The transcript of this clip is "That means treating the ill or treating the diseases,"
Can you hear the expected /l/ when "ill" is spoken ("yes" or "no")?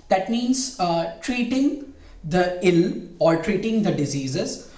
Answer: yes